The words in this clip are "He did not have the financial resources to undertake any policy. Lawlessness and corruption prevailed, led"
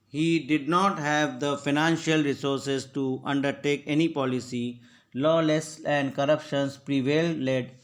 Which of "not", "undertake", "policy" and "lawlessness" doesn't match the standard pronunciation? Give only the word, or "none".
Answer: lawlessness